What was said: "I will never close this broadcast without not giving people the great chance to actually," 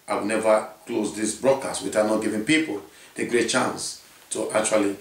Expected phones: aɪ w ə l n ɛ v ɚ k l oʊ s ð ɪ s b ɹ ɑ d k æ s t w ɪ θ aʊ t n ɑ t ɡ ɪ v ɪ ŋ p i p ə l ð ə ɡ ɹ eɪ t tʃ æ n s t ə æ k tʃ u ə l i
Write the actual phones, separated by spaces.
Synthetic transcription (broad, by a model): aɪ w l n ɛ v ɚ k l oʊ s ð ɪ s b ɹ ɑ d k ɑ s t w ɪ t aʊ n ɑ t ɡ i v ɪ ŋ p i p ə l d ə ɡ ɹ eɪ t tʃ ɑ n s t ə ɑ k tʃ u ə l i